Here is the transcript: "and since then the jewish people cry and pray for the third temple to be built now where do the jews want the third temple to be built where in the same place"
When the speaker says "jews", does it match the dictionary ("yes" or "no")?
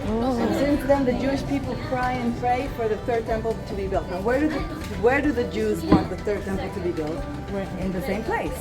yes